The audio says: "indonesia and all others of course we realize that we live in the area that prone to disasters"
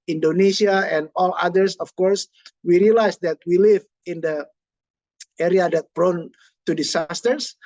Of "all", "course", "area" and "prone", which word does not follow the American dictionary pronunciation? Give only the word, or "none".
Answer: prone